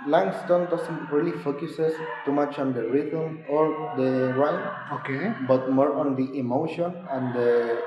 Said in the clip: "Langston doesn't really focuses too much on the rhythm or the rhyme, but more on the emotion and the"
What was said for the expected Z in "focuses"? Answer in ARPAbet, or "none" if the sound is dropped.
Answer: S